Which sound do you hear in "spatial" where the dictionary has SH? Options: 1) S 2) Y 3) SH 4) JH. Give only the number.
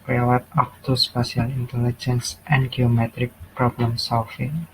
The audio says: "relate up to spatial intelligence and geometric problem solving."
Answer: 1